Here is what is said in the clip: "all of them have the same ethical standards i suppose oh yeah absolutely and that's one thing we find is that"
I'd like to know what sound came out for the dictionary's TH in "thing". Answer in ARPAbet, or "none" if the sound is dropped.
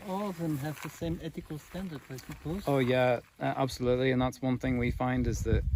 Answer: TH